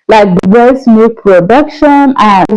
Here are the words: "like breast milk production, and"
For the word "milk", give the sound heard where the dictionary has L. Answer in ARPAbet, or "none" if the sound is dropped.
none